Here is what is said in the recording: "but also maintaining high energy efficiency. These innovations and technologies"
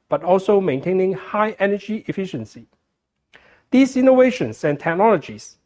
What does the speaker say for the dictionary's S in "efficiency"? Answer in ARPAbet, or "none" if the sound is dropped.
S